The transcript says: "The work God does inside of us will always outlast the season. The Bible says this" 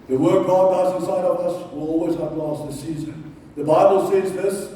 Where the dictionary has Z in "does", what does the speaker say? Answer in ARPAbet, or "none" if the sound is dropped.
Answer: S